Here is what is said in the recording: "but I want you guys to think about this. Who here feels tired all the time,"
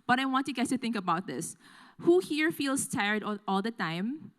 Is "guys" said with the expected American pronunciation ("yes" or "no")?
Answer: no